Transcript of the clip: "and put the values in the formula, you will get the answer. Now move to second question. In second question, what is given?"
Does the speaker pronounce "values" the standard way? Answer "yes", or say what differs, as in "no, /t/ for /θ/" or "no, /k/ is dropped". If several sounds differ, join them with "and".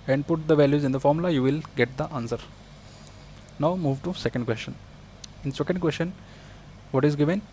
yes